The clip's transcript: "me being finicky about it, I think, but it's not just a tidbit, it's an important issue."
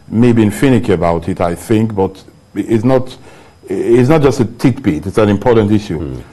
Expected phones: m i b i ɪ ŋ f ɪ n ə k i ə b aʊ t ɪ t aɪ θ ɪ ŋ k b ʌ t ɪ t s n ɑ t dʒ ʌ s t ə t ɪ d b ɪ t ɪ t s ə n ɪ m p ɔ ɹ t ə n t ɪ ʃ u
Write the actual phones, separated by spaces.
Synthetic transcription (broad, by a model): m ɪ b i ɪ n f ɪ n ə k i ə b aʊ t ɪ t aɪ θ ɪ ŋ k b ʌ t ɪ t s n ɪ t dʒ ʌ s t ə t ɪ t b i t ɪ t s ə n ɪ m p ɔ ɹ t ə n t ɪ ʃ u